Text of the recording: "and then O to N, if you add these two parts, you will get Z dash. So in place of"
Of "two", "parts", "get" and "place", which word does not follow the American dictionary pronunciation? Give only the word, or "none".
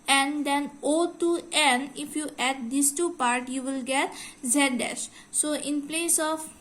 parts